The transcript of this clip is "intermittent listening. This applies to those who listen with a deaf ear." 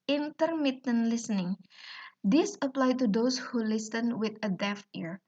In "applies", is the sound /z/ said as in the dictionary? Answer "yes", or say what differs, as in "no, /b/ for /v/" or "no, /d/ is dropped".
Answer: no, /z/ is dropped